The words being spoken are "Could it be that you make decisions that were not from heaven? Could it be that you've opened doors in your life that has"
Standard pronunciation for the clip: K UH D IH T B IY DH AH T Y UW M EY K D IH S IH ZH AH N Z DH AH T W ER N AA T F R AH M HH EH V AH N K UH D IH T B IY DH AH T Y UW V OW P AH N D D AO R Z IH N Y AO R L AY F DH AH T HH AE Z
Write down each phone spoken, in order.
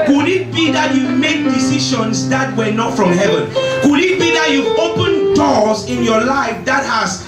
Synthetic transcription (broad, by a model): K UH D IH T B IY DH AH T Y UW M EY K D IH S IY SH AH N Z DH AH T W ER N AA T F R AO M HH EH V AH N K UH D IH T B IY DH AH T Y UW OW P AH N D D AO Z IH N Y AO L AY F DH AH T HH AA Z